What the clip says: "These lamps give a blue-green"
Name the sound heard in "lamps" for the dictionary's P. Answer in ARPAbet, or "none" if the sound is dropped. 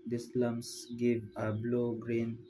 none